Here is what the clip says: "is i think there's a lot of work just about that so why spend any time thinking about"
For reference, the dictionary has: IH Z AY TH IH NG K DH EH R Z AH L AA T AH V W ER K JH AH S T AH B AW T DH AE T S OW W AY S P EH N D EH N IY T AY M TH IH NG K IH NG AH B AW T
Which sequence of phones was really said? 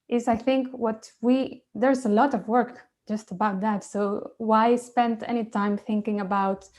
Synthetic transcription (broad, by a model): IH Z AY TH IH NG K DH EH R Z AH L AA T AH V W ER K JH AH S T AH B AW T DH AE T S OW W AY S P EH N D EH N IY T AY M TH IH NG K IH NG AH B AW T